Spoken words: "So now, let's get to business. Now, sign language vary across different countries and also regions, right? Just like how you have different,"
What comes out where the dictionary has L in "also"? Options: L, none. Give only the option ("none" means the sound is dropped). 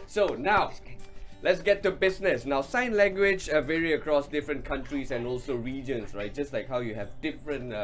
L